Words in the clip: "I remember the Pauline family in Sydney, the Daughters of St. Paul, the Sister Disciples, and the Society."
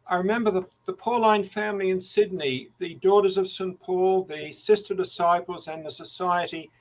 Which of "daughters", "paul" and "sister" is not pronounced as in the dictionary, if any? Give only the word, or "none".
none